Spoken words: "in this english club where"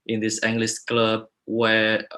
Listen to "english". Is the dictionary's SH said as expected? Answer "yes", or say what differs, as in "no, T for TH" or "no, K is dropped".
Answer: no, S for SH